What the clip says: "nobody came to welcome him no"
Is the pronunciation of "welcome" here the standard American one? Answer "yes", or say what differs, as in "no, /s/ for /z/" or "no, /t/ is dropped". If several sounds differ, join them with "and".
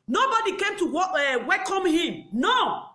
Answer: no, /w/ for /l/